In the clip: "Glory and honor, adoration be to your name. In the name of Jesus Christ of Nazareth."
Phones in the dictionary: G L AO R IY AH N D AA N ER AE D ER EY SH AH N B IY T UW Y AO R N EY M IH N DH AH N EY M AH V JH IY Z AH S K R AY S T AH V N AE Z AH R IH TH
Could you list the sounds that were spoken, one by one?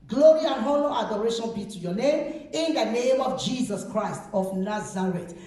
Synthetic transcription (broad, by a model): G L AO R IY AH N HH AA L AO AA D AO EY SH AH N B IY T UW Y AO N EY M IH N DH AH N EY M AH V JH IY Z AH S K R AY S T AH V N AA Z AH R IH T